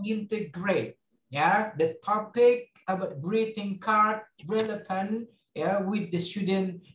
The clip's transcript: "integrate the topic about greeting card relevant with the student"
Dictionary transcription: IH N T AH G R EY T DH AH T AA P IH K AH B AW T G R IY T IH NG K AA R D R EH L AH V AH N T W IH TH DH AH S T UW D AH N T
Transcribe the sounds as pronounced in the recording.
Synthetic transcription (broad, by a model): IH N T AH G R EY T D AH T AA P IH K AH B AW T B R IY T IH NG K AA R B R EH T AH P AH N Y W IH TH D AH S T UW D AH N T